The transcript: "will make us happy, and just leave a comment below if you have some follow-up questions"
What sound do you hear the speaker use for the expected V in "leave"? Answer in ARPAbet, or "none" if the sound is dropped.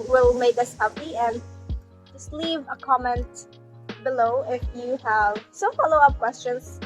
V